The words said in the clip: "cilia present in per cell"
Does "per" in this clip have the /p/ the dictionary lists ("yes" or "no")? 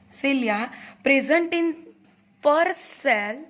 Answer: yes